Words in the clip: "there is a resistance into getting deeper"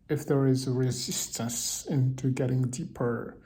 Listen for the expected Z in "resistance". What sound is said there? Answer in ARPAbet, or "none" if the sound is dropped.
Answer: Z